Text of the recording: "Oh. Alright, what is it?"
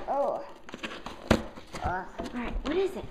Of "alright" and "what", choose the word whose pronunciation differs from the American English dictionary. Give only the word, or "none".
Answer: alright